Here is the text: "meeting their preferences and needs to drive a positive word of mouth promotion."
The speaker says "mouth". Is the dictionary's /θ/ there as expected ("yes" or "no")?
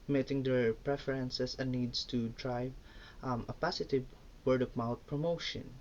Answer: no